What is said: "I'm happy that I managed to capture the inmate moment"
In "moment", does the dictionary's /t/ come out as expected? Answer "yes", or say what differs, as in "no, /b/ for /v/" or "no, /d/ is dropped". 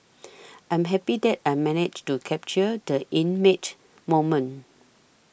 no, /t/ is dropped